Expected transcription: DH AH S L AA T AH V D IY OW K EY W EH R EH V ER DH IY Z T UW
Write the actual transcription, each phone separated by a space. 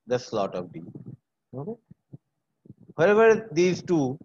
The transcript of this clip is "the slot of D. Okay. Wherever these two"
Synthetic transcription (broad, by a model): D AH S L AA T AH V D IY OW K EY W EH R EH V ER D IY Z T UW